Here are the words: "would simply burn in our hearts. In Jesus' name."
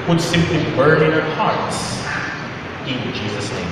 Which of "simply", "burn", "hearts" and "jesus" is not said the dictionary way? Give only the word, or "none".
none